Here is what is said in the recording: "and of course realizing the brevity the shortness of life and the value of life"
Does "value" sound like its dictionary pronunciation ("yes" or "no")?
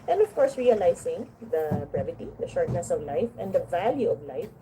yes